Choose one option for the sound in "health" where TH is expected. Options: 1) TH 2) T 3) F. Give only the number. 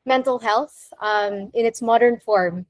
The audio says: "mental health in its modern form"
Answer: 1